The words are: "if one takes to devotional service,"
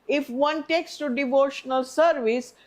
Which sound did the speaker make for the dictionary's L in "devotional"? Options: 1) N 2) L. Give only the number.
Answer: 2